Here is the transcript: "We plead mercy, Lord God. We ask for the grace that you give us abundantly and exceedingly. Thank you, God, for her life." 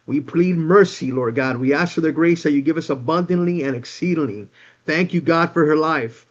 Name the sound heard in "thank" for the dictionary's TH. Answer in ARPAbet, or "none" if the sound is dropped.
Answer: TH